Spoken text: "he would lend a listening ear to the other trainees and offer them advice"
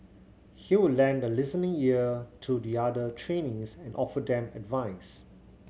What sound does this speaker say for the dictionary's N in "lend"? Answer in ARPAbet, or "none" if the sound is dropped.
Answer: N